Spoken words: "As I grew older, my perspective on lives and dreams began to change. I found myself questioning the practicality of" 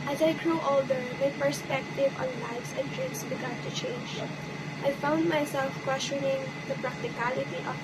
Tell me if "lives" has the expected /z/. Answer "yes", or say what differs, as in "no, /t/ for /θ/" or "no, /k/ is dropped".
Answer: no, /s/ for /z/